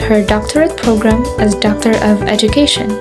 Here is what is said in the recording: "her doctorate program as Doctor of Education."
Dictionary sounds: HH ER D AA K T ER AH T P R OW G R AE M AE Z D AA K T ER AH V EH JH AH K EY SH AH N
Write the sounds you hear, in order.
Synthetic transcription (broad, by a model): HH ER D AA K T ER AH T P R OW G R AE M AE Z D AA K T ER AH V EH JH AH K EY SH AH N